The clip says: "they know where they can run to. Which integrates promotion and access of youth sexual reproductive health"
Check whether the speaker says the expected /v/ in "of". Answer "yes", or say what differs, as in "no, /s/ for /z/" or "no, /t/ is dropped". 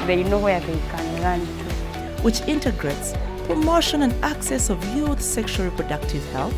yes